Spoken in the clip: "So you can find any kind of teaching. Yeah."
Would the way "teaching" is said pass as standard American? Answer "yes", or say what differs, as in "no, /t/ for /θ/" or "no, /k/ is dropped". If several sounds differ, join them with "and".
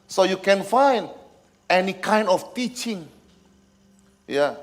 yes